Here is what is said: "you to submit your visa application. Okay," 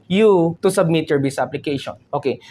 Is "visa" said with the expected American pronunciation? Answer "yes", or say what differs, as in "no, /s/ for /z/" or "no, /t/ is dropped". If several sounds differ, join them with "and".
no, /b/ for /v/ and /s/ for /z/